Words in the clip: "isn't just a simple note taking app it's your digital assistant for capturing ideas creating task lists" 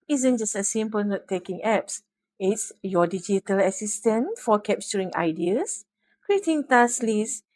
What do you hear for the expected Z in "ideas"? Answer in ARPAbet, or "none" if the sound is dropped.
S